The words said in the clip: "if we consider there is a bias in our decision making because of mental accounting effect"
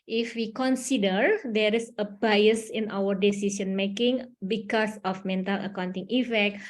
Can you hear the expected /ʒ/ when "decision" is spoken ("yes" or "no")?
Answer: no